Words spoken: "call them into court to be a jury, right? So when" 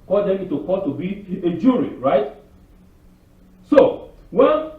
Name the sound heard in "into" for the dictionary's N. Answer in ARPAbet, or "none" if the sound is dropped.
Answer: none